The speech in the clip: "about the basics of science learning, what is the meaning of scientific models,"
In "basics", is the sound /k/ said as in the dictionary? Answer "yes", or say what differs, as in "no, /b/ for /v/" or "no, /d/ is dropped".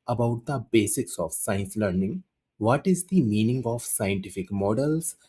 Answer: yes